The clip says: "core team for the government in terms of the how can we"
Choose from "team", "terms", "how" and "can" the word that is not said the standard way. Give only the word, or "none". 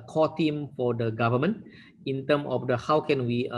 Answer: terms